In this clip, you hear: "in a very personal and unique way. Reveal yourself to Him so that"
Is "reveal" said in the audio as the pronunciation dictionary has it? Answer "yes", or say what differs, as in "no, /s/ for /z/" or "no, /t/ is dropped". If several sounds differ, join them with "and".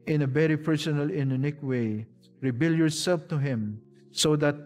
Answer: no, /b/ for /v/